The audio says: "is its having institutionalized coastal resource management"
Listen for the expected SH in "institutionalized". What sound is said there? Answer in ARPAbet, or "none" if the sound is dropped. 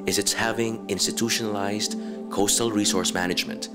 SH